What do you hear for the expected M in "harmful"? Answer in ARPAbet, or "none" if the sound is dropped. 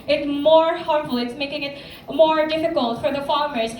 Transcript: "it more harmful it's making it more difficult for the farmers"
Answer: none